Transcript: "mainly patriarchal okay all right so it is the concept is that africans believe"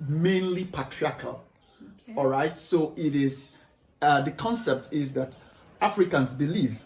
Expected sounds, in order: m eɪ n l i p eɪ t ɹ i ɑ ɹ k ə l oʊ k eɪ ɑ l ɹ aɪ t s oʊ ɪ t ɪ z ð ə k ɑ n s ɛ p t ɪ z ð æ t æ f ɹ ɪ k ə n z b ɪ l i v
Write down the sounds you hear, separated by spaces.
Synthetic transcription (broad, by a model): m eɪ n l i p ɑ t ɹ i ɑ k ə l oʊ ɑ l ɹ aɪ t s oʊ ɪ t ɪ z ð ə k ɑ n s ɛ p t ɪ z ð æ t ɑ f ɹ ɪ k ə n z b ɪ l i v